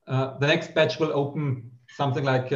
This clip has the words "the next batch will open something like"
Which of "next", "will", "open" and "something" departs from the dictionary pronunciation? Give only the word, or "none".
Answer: none